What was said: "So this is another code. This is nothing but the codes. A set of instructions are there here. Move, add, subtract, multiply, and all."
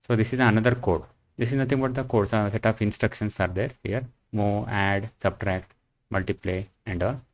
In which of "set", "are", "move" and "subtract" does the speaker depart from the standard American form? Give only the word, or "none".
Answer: move